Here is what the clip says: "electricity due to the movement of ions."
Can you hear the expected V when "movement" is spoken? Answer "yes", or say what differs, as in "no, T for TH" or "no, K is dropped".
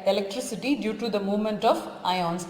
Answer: yes